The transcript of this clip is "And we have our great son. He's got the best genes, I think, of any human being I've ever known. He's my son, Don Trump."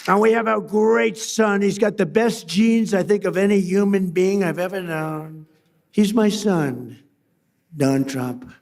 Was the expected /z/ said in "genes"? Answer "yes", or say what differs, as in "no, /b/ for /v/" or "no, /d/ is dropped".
yes